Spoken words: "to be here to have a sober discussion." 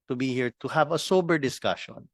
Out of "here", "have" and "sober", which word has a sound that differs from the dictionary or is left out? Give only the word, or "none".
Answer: none